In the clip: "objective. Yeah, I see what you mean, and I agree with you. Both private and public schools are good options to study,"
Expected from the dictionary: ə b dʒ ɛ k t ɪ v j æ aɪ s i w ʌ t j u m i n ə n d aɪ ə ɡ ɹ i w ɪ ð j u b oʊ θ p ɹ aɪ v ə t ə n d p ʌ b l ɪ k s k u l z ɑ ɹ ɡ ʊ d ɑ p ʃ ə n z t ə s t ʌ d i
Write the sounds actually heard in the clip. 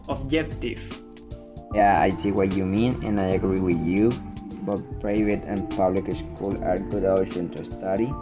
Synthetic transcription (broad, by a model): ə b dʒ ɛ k t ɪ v j æ aɪ s i w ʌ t j u m i n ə n aɪ ə ɡ ɹ i w ɪ ð j u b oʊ t p ɹ aɪ v ə t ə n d p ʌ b l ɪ k s k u l ɑ ɹ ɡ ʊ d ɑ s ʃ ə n t ə s t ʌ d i